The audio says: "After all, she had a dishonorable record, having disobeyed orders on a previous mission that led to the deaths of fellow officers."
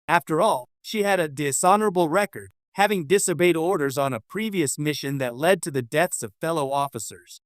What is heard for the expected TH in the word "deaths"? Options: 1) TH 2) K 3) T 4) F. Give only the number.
1